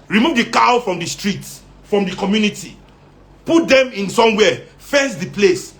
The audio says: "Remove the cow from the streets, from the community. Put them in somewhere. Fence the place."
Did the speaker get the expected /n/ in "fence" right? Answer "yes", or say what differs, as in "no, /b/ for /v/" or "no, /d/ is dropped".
no, /n/ is dropped